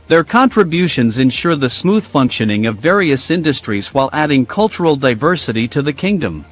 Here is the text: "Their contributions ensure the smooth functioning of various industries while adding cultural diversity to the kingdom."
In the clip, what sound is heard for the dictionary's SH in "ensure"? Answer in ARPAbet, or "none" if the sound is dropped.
SH